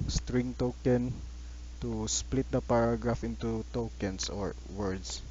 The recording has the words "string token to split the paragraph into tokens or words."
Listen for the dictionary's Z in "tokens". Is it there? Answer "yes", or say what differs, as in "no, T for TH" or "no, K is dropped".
no, S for Z